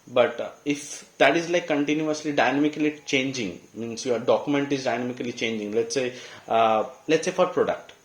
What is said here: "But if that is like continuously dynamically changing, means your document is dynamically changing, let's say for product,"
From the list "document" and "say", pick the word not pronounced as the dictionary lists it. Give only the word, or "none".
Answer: none